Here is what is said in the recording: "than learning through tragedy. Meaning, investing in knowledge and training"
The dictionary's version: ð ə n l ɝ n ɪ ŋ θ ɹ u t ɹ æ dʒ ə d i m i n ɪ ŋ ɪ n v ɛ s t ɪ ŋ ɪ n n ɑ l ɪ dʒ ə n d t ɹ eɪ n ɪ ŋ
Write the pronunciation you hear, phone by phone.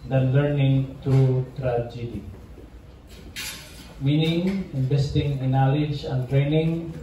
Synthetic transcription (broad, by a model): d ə n l ɝ n ɪ ŋ t ɹ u t ɹ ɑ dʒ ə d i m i n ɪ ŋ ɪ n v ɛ s t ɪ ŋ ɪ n n ɑ l ɪ dʒ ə n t ɹ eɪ n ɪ ŋ